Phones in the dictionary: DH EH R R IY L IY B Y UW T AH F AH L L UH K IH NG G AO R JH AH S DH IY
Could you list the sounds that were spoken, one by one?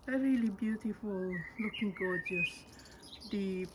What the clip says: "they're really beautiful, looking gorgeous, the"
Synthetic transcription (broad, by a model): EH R R IY L IY B Y UW T AH F AH L L UH K IH NG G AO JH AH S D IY